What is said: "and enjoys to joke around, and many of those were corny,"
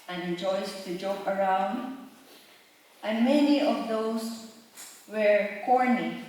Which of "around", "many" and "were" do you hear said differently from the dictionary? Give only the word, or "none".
none